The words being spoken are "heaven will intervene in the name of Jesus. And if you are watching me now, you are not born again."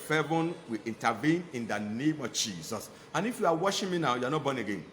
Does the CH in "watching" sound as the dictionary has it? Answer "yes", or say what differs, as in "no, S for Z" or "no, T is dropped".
no, SH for CH